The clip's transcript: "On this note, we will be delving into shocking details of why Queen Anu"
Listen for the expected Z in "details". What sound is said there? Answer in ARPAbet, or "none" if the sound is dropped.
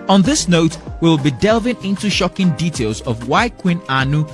Z